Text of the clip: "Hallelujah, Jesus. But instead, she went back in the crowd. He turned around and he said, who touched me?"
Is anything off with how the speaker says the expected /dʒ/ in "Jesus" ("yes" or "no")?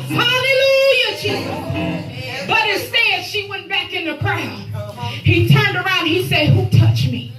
yes